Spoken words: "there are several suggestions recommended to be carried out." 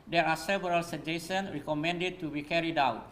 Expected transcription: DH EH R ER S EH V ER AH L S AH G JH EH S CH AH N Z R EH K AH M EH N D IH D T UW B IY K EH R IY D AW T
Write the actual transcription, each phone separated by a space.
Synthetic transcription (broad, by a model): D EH R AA S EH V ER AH L S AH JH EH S AH N R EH K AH M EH N D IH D T UW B IY K EH R IY D AW T